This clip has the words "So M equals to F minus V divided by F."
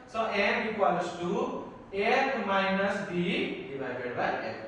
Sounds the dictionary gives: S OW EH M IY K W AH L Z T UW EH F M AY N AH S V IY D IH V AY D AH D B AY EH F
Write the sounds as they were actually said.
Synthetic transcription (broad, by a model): S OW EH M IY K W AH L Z T UW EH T M AY N AH S B IY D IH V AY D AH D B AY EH